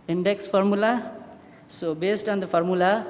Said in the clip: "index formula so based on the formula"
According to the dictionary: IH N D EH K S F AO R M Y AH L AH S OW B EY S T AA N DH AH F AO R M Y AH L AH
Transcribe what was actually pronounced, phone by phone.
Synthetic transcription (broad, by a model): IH N D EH K S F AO R M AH L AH S OW B EY S T AA N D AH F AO R M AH L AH